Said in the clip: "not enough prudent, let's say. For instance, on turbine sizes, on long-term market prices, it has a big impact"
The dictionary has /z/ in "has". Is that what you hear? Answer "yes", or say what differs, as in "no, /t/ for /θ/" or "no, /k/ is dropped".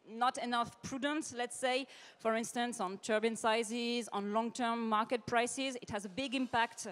yes